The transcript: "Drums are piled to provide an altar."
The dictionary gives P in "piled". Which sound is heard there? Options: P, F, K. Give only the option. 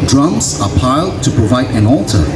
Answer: P